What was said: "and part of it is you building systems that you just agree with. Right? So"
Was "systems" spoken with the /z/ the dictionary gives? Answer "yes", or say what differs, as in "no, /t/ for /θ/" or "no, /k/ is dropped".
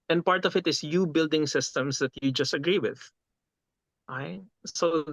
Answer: no, /s/ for /z/